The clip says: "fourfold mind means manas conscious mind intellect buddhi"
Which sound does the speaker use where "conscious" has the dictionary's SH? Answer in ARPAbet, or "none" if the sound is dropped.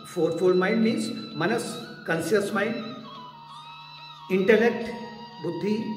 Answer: S